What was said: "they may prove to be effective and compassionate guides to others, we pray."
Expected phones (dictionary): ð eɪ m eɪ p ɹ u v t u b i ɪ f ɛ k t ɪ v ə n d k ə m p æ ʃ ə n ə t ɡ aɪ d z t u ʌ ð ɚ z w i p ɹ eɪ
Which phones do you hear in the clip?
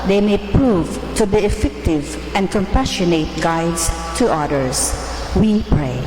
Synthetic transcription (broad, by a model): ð eɪ m eɪ p ɹ u v t u b i ɪ f ɛ k t ɪ v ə n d k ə m p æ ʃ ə n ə t ɡ aɪ d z t u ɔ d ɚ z w i p ɹ eɪ